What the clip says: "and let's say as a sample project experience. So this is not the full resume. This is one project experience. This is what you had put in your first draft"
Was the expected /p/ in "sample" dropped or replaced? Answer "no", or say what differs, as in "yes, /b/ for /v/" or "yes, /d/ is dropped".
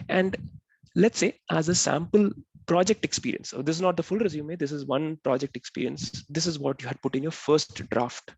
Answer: no